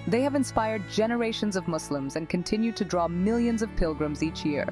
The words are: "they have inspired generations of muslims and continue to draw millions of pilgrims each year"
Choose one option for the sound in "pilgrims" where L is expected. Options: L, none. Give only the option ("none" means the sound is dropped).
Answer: L